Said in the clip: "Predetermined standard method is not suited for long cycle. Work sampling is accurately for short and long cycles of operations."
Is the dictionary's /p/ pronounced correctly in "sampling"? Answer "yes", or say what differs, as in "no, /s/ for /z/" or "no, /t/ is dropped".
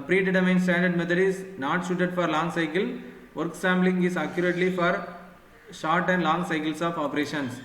no, /b/ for /p/